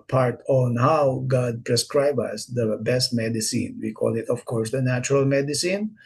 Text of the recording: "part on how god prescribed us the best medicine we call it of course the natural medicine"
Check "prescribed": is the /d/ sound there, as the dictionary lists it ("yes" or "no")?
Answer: no